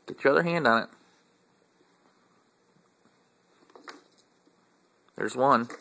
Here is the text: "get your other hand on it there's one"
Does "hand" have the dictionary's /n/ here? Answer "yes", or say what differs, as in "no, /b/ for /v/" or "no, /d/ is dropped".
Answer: yes